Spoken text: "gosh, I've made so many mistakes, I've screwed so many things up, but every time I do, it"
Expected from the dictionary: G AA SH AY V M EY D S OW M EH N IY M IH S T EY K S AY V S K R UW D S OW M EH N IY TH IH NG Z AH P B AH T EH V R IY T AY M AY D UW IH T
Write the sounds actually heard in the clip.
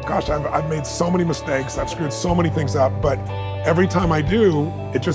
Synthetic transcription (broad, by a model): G AA SH AY V M EY D S OW M EH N IY M IH S T EY K S AY V S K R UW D S OW M EH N IY TH IH NG Z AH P B AH T EH V R IY T AY M AY D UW IH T